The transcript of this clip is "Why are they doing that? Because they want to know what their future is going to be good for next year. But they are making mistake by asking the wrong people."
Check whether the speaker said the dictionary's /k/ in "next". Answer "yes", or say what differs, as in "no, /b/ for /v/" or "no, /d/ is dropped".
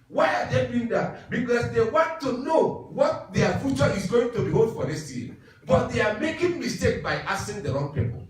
no, /k/ is dropped